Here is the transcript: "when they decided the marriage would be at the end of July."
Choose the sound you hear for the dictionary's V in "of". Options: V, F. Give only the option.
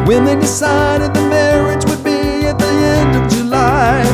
V